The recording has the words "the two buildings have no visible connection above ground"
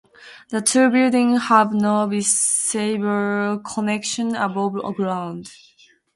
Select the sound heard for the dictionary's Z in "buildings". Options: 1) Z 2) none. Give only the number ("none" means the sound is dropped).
2